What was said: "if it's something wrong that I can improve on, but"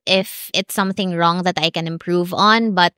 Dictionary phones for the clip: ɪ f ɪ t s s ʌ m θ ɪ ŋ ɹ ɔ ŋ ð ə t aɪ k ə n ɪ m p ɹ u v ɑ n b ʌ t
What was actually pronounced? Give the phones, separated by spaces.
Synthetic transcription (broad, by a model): ɪ f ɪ t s s ʌ m θ ɪ ŋ ɹ ɔ ŋ ð ə t aɪ k ə n ɪ m p ɹ u v ɑ n b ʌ t